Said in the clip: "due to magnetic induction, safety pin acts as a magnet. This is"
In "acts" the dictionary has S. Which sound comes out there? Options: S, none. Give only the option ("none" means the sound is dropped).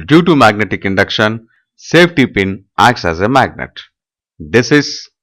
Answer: S